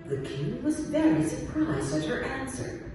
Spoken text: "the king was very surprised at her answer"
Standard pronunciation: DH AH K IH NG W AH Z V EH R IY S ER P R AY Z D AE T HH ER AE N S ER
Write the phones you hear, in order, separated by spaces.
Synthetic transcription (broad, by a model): DH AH K IH NG W AH Z V EH R IY S ER P R AY Z D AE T HH ER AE N S ER